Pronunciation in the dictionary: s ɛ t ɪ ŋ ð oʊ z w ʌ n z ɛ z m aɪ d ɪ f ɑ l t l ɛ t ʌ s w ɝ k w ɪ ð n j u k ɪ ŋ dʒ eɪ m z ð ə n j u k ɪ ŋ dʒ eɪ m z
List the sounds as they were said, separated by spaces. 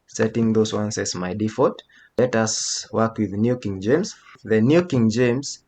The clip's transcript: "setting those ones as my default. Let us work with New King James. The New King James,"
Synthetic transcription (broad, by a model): s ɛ t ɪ ŋ ð oʊ z w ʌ n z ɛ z m aɪ d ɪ f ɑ t l ɛ t ʌ s w ɝ k w ɪ ð n j u k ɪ ŋ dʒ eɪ m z ð ə n j u k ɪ ŋ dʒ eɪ m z